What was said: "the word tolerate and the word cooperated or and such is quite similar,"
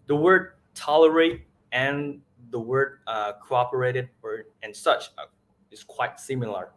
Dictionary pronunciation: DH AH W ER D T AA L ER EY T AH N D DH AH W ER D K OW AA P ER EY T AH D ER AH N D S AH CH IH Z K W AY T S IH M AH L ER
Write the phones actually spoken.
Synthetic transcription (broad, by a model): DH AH W ER D T AA L ER EY T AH N DH AH W ER D K OW AA P ER EY T AH D ER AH N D S AH CH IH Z K W AY T S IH M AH L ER